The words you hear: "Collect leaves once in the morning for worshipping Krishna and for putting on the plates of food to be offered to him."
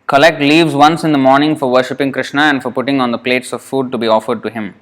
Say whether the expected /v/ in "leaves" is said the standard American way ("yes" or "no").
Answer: yes